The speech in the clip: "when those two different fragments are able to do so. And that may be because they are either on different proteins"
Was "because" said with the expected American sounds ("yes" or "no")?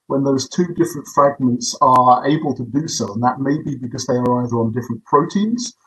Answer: yes